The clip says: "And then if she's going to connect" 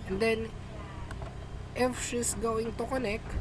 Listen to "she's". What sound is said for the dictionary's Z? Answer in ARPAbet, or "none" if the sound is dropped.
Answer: S